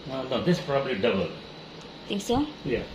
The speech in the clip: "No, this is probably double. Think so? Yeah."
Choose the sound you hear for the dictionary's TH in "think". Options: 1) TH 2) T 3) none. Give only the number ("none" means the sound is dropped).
2